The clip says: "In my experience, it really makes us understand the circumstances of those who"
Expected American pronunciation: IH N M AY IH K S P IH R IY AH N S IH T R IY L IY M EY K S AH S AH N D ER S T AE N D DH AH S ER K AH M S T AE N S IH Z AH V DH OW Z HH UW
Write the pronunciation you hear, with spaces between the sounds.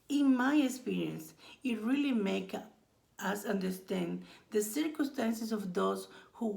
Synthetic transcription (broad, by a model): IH N M AY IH K S P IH R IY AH N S IH T R IY L IY M EY K AH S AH N D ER S T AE N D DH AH S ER K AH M S T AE N S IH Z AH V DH OW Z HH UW